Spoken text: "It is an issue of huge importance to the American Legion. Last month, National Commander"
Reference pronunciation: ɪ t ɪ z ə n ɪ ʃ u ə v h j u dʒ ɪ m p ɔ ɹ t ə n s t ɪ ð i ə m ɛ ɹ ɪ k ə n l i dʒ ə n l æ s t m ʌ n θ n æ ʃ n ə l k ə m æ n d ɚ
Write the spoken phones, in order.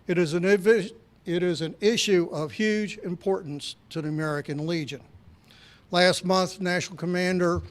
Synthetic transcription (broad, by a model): ɪ t ɪ z ə n ɪ ʃ u ə v h j u dʒ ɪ m p ɔ ɹ t n s t ɪ ð i ə m ɛ ɹ ɪ k ə n l i dʒ ə n l æ s t m ʌ n θ n æ ʃ n l k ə m æ n d ɚ